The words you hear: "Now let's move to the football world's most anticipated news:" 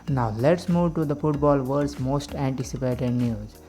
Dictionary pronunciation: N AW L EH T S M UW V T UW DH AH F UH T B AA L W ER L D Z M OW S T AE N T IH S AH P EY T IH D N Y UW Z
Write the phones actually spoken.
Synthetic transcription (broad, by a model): N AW L EH T S M UW V T UW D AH F UH T B AA L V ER D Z M OW S T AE N T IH S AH P EY T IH D N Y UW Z